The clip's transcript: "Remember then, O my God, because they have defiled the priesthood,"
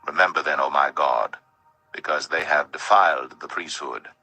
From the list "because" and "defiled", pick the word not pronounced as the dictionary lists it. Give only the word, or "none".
none